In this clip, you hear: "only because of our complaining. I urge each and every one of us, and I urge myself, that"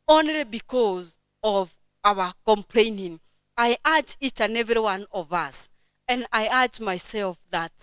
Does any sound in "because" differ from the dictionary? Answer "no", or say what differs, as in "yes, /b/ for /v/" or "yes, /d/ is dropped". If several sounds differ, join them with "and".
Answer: no